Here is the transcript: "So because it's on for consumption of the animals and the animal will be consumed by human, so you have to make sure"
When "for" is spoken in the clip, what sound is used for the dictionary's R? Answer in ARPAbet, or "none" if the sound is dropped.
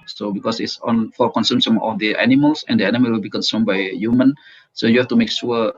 L